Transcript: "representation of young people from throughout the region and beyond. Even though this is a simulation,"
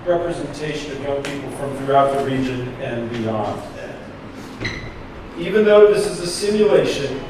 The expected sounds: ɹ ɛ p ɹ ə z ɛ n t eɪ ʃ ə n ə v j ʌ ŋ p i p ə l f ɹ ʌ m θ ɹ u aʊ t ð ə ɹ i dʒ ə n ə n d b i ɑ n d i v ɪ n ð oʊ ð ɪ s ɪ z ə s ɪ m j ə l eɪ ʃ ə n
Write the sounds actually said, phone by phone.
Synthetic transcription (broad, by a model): ɹ ɛ p ɹ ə z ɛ n t eɪ ʃ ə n ə v j ʌ ŋ p i p l f ɹ ʌ m θ ɹ u aʊ t ð ə ɹ i dʒ ə n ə n b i ɑ n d i v ɪ n ð oʊ ð ɪ s ɪ z ə s ɪ m j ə l eɪ ʃ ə n